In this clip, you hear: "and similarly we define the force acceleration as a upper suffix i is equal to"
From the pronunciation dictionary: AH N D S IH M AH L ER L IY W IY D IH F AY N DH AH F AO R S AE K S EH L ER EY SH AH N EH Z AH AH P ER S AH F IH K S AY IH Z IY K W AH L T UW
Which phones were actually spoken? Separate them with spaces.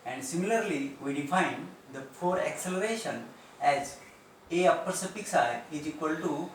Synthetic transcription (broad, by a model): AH N D S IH M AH L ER L IY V IY D IH F AY N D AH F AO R AE K S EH L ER EY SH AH N EH Z AH AH P ER S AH P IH K S AY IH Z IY K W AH L T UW